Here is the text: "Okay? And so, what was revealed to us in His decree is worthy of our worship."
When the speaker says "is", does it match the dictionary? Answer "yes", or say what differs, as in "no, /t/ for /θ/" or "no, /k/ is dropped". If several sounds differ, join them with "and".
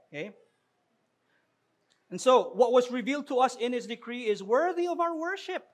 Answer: yes